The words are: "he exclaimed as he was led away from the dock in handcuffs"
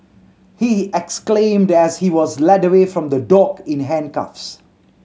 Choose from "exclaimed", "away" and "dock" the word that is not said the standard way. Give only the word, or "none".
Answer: none